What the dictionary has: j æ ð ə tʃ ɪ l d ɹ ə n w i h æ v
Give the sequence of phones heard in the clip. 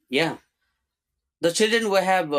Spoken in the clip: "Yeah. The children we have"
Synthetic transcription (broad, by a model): j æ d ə tʃ ɪ l d ɹ ə n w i h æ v